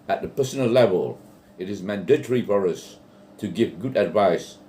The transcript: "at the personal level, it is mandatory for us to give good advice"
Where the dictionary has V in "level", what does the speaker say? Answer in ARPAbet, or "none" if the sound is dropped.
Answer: V